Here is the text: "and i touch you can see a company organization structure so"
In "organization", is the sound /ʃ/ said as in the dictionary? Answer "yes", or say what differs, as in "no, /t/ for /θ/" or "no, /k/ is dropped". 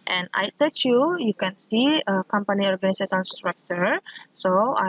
no, /s/ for /ʃ/